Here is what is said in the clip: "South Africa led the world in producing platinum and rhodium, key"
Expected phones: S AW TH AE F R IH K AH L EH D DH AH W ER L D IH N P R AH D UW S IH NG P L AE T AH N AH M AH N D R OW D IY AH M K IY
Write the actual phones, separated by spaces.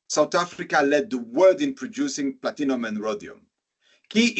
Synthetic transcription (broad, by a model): S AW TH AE F R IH K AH L EH D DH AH W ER D IH N P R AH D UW S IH NG P L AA T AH N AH M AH N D R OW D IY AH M K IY